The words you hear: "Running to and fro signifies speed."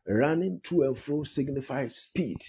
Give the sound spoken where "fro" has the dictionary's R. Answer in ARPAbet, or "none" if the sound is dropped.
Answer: R